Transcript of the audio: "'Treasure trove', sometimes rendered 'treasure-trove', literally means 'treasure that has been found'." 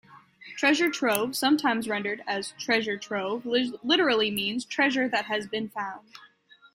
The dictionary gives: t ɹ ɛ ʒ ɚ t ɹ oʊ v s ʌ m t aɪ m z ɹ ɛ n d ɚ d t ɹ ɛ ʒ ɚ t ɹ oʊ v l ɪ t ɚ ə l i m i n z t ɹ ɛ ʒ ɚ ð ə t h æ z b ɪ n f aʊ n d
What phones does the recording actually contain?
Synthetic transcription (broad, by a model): t ɹ ɛ ʒ ɚ t ɹ oʊ v s ʌ m t aɪ m z ɹ ɛ n d ɚ d t ɹ ɛ ʒ ɚ t ɹ oʊ v l ɪ t ɚ l i m i n z t ɹ ɛ ʒ ɚ ð ə t h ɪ z b ɪ n f aʊ n d